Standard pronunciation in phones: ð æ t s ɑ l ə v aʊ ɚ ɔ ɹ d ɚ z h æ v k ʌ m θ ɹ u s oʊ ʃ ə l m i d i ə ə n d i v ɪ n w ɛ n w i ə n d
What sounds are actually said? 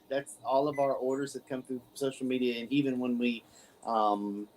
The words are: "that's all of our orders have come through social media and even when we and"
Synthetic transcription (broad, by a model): ð æ t s ɑ l ə v aʊ ɚ ɔ ɹ d ɚ z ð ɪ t k ʌ m θ ɹ u s oʊ ʃ l m i d i ə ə n i v ɪ n w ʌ n w i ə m